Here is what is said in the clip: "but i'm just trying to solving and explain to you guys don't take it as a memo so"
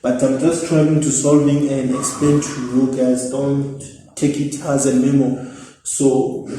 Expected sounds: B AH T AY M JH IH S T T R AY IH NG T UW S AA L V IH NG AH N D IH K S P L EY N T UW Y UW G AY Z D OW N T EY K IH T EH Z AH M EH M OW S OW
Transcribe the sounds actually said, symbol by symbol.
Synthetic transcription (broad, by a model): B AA T AY M JH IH S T T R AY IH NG T UW S AA L V IH NG AH N D IH K S P L EY N T UW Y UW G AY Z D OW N T EY K IH T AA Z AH M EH M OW S OW